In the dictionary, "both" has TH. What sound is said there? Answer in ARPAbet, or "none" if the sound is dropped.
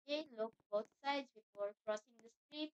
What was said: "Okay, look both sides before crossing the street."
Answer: T